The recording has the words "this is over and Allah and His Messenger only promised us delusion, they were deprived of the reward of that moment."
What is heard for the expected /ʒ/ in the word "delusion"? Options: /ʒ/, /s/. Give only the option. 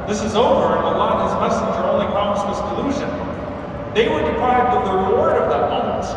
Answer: /ʒ/